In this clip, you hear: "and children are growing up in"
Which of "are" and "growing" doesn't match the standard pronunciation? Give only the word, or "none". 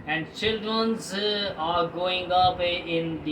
growing